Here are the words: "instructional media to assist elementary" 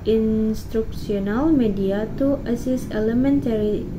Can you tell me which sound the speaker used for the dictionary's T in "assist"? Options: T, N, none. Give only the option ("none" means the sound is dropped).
none